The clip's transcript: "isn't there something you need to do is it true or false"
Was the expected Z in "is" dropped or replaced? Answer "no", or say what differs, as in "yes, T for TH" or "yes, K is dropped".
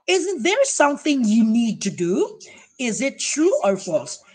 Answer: no